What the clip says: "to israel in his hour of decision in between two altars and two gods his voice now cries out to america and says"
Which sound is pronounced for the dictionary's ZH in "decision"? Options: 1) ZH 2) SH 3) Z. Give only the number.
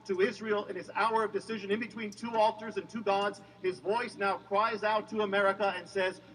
1